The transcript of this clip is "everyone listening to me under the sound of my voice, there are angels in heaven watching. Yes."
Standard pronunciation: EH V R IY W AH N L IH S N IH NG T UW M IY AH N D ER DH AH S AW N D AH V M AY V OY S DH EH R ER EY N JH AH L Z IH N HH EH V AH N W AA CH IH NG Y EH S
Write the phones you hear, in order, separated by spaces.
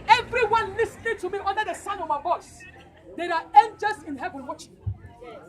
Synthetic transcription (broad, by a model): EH V R IY W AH N L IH S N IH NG T UW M IY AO N D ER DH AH S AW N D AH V M AY B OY S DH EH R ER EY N JH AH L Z IH N HH EH V AH N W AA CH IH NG